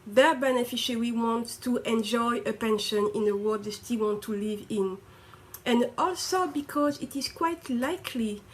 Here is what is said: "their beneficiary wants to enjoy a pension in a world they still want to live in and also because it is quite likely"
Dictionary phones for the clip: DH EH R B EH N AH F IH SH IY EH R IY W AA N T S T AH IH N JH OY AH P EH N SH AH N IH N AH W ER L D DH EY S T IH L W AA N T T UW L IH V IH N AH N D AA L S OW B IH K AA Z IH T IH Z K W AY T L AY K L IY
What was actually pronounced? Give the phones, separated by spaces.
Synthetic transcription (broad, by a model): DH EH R B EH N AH F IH SH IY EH R IY W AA N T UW T AH N JH OY AH P EH N SH AH N IH N AH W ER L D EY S T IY L W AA N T T UW L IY V IH N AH N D AA L S OW B IH K AA Z IH T IH Z K W AY T L AY K L IY